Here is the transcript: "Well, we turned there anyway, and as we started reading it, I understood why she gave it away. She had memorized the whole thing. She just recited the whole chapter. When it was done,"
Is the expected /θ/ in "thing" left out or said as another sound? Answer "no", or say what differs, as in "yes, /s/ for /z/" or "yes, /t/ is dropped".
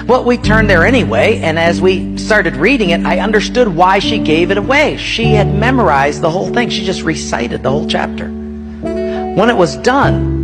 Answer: no